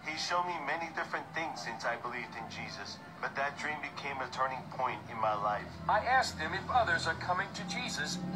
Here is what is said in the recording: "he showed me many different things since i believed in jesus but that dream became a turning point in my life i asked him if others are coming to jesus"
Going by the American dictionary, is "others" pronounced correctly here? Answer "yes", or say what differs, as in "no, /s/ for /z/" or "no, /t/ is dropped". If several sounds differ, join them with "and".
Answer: yes